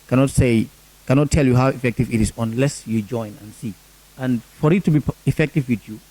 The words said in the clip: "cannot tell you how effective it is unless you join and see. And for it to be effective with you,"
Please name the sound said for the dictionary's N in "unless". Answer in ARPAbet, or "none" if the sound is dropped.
N